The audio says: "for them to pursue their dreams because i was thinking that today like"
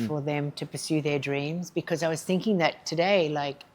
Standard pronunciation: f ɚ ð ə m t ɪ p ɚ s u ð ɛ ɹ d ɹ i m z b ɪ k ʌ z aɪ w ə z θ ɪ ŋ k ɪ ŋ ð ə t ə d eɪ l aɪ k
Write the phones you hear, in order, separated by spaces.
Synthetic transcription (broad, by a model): f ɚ ð ə m t ɪ p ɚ s u ð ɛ ɹ d ɹ i m z b ɪ k ʌ z aɪ w ə z θ ɪ ŋ k ɪ ŋ ð ə t ə d eɪ l aɪ k